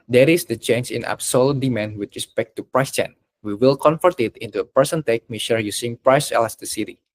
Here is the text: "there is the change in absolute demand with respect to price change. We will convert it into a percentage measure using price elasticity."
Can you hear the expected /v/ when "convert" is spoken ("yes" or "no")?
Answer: no